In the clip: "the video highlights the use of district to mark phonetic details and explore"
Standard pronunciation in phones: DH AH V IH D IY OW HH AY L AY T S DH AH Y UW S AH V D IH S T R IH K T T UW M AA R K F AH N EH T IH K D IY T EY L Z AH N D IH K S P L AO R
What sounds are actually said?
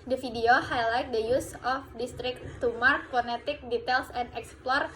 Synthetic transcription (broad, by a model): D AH F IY D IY OW HH AY L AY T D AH Y UW S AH F D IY S T R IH K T T UW M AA R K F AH N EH T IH K D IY T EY L S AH N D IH K S P L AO R